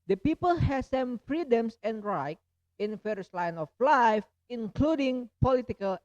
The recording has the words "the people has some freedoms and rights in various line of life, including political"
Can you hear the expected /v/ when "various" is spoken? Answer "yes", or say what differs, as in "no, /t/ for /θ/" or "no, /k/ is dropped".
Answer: no, /f/ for /v/